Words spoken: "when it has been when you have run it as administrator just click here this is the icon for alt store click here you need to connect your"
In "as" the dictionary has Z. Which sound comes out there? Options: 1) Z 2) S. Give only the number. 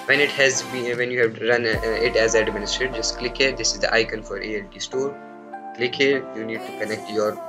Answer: 1